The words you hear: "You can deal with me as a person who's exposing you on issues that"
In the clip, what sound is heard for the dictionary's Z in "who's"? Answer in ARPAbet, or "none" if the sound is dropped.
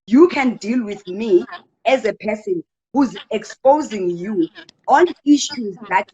Z